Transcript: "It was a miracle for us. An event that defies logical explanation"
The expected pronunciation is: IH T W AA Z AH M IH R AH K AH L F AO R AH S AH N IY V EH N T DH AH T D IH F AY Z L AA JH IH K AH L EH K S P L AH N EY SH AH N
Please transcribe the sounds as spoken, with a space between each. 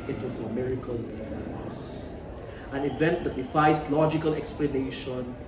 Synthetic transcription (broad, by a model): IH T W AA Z AH M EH R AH K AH L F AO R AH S AH N IY V EH N T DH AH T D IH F AY S L AA JH IH K AH L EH K S P L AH N EY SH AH N